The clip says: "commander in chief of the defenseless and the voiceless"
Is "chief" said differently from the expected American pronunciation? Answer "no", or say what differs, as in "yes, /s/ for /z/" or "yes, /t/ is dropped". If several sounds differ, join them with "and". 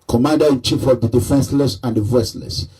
no